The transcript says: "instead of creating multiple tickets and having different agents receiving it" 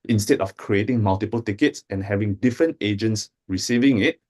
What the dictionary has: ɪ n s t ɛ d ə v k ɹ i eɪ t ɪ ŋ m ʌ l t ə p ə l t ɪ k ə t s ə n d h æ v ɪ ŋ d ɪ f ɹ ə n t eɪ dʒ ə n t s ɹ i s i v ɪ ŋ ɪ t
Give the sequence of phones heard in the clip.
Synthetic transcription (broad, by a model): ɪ n s t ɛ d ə f k ɹ i eɪ t ɪ ŋ m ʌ l t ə p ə l t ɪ k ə t s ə n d h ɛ v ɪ ŋ d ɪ f ɹ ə n t eɪ dʒ ə n t s ɹ i s i v ɪ ŋ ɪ t